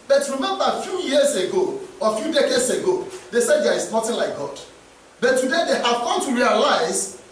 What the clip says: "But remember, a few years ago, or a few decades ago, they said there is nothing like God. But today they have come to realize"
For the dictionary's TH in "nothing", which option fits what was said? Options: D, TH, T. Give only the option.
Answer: T